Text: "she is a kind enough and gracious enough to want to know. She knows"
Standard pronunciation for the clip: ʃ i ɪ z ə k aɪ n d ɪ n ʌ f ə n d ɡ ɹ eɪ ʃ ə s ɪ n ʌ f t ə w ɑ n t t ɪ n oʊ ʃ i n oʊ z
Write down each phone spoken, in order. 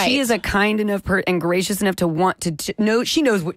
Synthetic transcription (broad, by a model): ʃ i ɪ z ə k aɪ n d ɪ n ʌ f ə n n ɡ ɹ eɪ ʃ ə s ɪ n ʌ f t ə w ɑ n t t ɪ n oʊ ʃ i n oʊ z